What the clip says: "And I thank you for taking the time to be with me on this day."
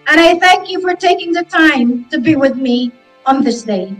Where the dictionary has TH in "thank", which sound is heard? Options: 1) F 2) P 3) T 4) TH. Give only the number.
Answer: 4